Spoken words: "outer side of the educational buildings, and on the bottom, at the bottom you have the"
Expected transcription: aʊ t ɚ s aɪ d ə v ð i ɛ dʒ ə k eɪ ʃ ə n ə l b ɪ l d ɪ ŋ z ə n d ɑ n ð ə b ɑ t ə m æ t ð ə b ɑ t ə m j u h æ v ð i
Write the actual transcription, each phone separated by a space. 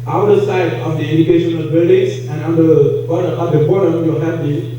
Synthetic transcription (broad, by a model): aʊ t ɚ s aɪ d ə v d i ɛ dʒ ə k eɪ ʃ ə n ə l b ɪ l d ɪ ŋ s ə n ɑ n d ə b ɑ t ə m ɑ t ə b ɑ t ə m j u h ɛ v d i